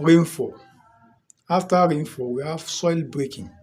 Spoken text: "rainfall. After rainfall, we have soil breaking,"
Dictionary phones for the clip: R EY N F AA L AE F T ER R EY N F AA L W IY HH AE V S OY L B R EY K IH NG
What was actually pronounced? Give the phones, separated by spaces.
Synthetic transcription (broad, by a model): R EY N F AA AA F T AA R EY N F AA W IY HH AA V S OY L B R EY K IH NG